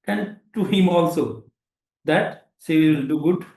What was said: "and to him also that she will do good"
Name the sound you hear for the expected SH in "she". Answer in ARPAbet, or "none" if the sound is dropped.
S